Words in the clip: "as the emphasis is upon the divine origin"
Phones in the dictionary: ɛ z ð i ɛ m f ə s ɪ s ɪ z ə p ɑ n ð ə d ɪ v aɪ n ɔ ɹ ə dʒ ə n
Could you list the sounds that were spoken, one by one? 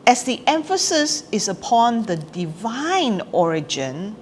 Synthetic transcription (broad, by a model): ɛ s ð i ɛ m f ə s ɪ s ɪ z ə p ɑ n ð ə d ɪ v aɪ n ɔ ɹ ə dʒ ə n